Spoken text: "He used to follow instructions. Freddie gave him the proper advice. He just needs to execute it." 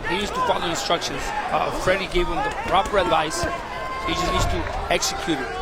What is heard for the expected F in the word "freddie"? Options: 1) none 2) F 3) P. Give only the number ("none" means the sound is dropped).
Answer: 2